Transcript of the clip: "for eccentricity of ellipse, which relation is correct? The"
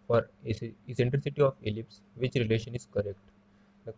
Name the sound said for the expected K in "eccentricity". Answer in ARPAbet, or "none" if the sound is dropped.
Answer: none